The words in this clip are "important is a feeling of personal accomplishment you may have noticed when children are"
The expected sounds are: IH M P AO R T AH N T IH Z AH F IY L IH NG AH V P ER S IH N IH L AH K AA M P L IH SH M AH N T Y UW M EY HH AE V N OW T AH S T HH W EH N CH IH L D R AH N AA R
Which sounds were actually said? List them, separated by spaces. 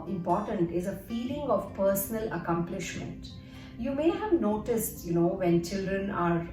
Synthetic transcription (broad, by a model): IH M P AO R T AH N T IH Z AH F IY L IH NG AH V P ER S IH N IH L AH K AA M P L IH SH M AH N T Y UW M EY HH AE V N OW T AH S T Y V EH N CH IH L D R AH N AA R